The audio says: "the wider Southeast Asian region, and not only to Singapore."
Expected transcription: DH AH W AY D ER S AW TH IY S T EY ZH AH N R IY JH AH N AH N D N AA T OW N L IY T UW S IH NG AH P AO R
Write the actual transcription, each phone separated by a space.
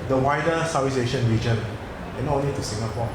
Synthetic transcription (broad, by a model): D AH W AY D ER S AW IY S EY SH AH N R IY JH AH N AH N N AA T OW N L IY T UW S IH NG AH P AO